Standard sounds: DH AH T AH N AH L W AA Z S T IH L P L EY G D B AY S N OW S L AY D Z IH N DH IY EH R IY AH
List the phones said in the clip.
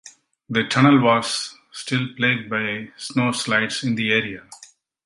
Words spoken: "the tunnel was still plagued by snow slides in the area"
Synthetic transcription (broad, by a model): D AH T AH N AH L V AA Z S T IH L P L EY G D B AY S N OW S L AY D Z IH N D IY EH R IY AH